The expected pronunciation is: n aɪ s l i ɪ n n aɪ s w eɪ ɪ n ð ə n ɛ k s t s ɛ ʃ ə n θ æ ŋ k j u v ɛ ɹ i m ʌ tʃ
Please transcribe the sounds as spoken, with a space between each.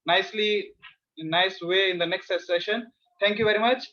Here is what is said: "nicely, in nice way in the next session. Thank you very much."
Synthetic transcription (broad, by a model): n aɪ s l i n n aɪ s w eɪ ɪ n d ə n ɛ k s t s ɛ ʃ ə n t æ ŋ k j u v ɛ ɹ i m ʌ tʃ